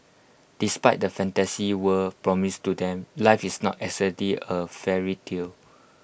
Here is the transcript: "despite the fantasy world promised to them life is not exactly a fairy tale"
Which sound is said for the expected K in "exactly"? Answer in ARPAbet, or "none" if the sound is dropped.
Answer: none